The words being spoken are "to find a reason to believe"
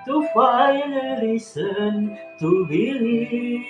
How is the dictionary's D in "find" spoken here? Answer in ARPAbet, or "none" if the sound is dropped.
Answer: none